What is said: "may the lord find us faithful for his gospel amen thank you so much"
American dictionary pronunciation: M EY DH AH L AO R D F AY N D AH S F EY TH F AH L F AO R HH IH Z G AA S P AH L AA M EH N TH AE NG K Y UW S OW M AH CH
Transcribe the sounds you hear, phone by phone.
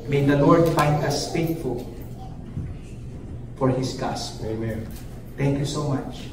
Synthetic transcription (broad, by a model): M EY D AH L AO R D F AY N D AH S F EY T F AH L F AO R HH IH S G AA S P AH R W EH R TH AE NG K Y UW S OW M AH CH